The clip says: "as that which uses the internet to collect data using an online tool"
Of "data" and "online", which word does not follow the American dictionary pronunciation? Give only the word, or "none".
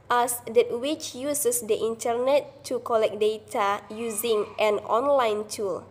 none